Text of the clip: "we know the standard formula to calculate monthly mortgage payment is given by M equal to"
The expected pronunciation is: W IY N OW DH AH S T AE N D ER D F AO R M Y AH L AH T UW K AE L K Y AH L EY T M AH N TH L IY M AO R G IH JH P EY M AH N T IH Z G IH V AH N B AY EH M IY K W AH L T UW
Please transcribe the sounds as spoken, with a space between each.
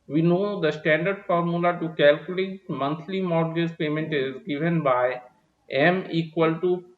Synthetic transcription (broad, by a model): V IY N OW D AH S T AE N D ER D F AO R M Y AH L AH T UW K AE L K Y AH L EY T M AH N T L IY M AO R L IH Z P EY M AH N T IH Z G IH V AH N B AY EH M IY K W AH L T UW